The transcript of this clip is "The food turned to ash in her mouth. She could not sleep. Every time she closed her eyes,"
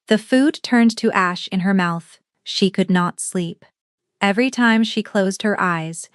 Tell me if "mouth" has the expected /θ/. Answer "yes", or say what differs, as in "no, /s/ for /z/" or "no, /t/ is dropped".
yes